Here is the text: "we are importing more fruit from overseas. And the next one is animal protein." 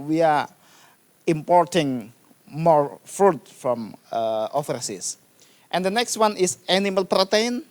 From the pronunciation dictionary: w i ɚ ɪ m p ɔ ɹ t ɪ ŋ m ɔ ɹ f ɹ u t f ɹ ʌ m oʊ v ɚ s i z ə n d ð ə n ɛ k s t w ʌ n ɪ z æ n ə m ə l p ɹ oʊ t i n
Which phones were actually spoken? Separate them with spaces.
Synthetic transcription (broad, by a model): w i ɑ ɪ m p ɔ ɹ t ɪ ŋ m ɔ ɹ f ɹ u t f ɹ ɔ m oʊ f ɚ s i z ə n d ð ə n ɛ k s t w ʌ n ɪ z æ n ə m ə l p ɹ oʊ t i n